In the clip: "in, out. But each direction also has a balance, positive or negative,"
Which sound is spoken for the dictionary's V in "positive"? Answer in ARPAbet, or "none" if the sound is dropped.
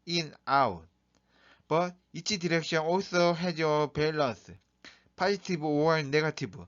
B